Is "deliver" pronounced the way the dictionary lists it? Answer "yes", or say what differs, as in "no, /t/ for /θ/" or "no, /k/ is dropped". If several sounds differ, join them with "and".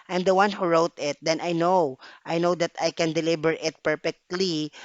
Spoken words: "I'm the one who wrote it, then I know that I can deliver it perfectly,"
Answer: no, /b/ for /v/